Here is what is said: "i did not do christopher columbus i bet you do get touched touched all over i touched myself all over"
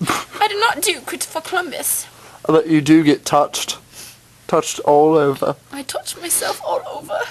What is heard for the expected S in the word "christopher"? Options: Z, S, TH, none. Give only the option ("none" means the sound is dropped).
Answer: none